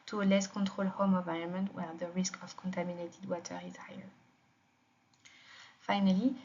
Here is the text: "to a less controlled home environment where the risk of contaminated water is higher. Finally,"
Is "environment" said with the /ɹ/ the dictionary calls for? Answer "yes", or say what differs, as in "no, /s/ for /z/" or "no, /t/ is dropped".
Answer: no, /ɹ/ is dropped